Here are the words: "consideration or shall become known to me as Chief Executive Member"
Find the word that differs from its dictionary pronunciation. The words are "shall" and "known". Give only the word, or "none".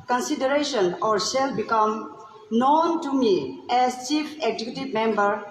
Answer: shall